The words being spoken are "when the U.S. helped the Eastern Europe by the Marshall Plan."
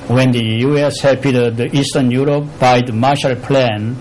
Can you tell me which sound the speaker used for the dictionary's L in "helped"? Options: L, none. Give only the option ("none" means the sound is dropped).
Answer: none